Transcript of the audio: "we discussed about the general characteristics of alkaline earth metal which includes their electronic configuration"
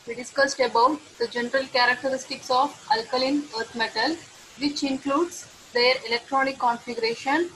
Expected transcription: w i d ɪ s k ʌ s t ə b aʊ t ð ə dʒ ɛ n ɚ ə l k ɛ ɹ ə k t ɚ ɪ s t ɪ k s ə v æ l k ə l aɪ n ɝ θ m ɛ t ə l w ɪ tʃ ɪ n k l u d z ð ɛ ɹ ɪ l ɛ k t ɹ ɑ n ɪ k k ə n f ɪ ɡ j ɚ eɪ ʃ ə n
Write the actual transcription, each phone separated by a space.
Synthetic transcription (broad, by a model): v i d ɪ s k ʌ s t ə b aʊ t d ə dʒ ɛ n ɚ ə l k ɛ ɹ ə k t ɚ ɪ s t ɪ k s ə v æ l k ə l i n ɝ t m ɛ t ə l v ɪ tʃ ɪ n k l u d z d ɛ ɹ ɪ l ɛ k t ɹ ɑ n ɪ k k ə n f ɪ ɡ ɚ eɪ ʃ ə n